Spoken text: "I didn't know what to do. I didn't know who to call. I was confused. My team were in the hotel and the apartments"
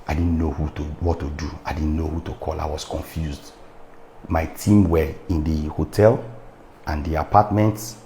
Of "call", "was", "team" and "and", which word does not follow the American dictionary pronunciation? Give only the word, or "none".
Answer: was